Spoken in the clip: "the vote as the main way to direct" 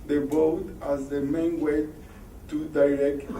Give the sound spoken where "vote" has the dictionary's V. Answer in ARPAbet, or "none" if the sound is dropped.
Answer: B